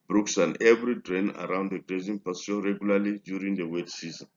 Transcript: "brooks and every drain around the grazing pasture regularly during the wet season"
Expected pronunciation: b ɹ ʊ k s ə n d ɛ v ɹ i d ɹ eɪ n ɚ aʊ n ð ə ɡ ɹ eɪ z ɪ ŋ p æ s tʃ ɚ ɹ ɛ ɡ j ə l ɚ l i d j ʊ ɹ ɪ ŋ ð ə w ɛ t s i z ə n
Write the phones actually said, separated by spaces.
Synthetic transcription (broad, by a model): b ɹ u k s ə n ɛ v ɹ i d ɹ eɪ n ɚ aʊ n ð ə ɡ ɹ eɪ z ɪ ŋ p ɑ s ɚ ɹ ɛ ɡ j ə l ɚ l i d j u ɹ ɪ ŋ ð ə w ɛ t s i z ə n